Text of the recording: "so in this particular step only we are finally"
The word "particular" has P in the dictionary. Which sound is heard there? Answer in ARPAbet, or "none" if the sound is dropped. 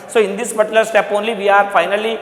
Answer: B